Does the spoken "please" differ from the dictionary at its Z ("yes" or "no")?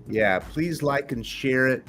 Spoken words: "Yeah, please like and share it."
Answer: no